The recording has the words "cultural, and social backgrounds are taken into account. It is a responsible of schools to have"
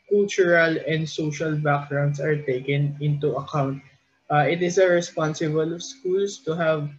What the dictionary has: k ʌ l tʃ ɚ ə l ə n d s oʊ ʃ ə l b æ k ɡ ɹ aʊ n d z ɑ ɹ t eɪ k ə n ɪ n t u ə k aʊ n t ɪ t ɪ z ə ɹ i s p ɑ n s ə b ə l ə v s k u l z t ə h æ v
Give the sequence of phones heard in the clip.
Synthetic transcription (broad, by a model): k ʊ l tʃ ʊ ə l ə n d s oʊ ʃ ə l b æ k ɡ ɹ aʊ n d s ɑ ɹ t eɪ k ə n ɪ n t u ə k aʊ n t ɪ t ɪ s ə ɹ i s p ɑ n s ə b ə l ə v s k u l s t ə h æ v